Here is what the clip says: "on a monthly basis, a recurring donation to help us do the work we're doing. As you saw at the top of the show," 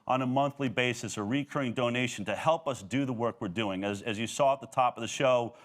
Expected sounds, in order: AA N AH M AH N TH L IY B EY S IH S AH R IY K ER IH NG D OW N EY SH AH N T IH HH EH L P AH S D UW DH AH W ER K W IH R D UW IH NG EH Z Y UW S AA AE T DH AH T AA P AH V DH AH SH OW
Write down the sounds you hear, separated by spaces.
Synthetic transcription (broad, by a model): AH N AH M AH N TH L IY B EY S IH S AH R IY K ER IH NG D OW N EY SH N T IH HH EH L P AH S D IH DH AH W ER K W IH R D UW IH NG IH Z Y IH S AA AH T DH AH T AA P AH V DH AH SH OW